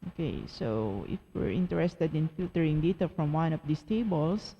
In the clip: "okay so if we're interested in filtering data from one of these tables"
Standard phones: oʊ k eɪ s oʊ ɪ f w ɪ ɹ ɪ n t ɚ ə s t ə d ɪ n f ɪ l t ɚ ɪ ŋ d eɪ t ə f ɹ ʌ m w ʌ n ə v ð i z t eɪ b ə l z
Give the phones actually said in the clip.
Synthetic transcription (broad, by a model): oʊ k eɪ s oʊ ɪ f w ɪ ɹ ɪ n t ɚ ə s t ə d ɪ n f ɪ l t ɚ ɪ ŋ d eɪ t ə f ɹ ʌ m w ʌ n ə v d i s t eɪ b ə l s